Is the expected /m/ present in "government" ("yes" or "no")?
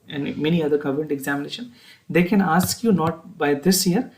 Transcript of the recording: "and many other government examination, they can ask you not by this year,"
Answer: no